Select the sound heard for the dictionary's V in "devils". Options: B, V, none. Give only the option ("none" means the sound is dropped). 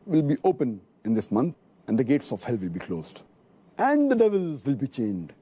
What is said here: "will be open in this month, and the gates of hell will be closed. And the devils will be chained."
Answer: V